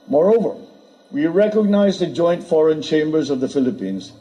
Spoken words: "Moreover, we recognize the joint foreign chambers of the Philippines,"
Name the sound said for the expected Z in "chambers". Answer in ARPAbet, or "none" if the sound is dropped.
Z